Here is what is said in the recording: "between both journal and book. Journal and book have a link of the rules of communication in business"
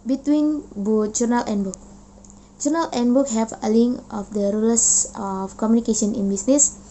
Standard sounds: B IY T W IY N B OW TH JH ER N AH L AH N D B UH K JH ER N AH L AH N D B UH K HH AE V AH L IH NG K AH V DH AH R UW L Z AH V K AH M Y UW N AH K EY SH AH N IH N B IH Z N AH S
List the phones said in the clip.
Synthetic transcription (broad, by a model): B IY T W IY N B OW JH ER N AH L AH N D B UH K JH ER N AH L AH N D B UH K HH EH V AH L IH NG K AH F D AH R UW L AH F K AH M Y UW N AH K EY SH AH N IH N B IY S N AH S